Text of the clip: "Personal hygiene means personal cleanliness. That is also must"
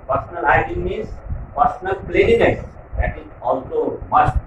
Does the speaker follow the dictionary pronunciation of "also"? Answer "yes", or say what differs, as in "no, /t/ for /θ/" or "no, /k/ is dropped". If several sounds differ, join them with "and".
yes